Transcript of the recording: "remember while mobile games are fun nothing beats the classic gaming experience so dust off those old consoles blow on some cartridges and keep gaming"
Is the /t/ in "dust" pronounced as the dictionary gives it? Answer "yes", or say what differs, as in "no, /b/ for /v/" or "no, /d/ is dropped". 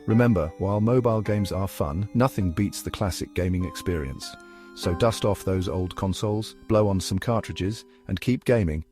yes